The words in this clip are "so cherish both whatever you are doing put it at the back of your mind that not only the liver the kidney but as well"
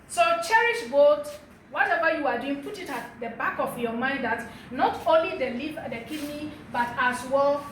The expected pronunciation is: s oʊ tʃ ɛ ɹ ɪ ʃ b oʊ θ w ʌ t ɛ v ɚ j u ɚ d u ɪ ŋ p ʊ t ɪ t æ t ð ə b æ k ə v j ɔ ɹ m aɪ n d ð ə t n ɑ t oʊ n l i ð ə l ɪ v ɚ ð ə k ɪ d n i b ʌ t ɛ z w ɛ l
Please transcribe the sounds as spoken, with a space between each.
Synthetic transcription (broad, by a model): s oʊ tʃ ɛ ɹ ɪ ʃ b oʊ t w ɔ t ɛ v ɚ j u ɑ d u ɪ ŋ p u t ɪ t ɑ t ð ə b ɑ k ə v j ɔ m aɪ n d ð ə t n ɑ t oʊ n l i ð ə l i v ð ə k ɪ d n i b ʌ t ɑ s w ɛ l